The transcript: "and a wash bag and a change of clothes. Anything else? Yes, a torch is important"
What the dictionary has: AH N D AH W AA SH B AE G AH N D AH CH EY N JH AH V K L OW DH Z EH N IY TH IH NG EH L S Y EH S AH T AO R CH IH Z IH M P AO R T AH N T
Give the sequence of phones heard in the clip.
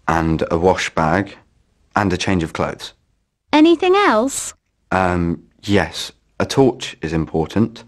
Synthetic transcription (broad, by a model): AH N D AH W AA SH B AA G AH N AH CH EY N JH AH V K L OW DH Z EH N IY TH IH NG EH L S Y EH S AH T AO CH IH Z IH M P AO T N T